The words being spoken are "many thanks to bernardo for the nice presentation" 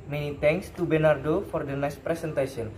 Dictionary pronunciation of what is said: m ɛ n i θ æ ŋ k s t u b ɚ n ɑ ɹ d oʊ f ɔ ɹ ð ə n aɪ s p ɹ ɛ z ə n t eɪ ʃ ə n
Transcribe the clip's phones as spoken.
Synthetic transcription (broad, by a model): m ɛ n i t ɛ ŋ k s t u b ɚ n ɑ ɹ d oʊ f ɔ ɹ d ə n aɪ s p ɹ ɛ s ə n t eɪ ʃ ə n